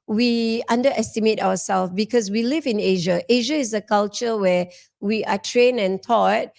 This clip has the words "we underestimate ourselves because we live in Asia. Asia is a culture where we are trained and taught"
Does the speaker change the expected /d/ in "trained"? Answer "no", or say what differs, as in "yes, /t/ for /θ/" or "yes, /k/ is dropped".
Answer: yes, /d/ is dropped